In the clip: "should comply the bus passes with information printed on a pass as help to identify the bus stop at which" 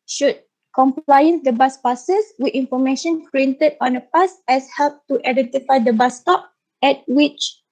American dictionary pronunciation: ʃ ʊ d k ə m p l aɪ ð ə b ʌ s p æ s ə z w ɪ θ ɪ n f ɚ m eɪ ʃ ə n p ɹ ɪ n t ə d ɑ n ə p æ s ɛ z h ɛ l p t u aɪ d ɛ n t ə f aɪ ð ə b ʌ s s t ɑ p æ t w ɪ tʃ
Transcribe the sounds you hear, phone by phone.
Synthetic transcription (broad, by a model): ʃ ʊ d k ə m p l aɪ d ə b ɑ s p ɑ s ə s w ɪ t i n f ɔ m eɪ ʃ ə n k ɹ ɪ n t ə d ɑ n ə p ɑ s ɛ s h ɛ l p t u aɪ d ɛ n t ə f aɪ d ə b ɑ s s t ɑ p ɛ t w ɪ tʃ